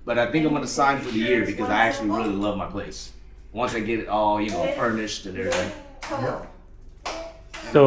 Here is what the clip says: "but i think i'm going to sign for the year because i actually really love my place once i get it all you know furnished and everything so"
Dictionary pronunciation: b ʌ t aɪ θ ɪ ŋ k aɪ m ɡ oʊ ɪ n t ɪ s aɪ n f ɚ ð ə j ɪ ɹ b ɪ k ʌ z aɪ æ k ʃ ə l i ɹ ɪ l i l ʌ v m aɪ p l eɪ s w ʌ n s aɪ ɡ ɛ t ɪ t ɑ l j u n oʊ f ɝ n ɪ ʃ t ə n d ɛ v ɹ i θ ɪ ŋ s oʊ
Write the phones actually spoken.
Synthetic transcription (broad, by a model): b ʌ t aɪ θ ɪ ŋ k aɪ m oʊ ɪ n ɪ s aɪ n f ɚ ð ə j ɪ ɹ b ɪ k ʌ z aɪ æ k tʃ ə l i ɹ ɪ l i l ʌ v m aɪ p l eɪ s w ʌ n s aɪ ɡ ɛ t ɪ t ɑ l j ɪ n oʊ f ɝ n ɪ ʃ t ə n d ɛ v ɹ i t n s oʊ